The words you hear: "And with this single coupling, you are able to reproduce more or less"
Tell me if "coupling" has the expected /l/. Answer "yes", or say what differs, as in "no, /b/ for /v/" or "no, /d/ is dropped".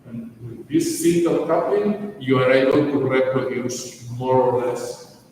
no, /l/ is dropped